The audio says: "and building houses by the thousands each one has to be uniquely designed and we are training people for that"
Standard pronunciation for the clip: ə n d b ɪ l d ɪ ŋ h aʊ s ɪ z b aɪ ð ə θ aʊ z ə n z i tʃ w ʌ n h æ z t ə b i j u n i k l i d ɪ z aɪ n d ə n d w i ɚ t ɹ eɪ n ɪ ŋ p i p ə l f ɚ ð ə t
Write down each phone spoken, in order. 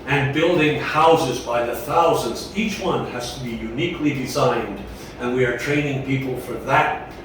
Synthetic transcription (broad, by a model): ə n b ɪ l d ɪ ŋ h aʊ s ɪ z b aɪ ð ə θ aʊ z ə n z i tʃ w ʌ n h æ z t ə b i j u n i k l i d ɪ z aɪ n d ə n w i ɚ t ɹ eɪ n ɪ ŋ p i p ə l f ɚ ð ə t